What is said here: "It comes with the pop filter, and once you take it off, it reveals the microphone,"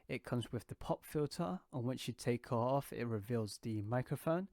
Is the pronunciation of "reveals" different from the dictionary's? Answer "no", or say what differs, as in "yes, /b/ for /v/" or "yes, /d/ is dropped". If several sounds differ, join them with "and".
no